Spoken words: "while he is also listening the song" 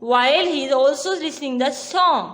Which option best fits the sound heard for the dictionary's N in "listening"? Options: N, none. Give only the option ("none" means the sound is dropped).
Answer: none